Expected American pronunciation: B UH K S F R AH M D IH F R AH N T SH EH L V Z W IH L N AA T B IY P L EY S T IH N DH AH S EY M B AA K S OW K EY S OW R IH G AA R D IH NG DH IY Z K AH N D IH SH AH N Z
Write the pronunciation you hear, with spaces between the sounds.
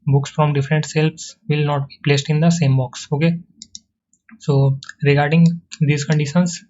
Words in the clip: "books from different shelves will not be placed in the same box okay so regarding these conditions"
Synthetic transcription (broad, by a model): B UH K S F R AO M D IH F R AH N T S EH L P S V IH L N AA T B IY P L EY S T IH N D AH S EY M B AA K S OW K EY S OW R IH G AA R D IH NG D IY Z K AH N D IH SH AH N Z